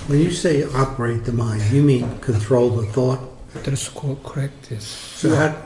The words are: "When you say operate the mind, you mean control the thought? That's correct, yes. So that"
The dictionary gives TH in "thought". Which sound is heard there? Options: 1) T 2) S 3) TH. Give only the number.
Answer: 3